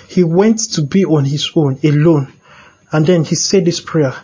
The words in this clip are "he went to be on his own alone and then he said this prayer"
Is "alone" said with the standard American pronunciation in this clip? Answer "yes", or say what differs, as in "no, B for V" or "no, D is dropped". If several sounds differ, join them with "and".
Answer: yes